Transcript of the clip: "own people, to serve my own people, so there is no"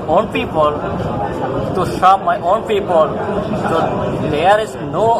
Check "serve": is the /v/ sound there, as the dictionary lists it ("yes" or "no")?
no